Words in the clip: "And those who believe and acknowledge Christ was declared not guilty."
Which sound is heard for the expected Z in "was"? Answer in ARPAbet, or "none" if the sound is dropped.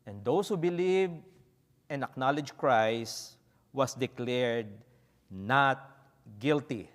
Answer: S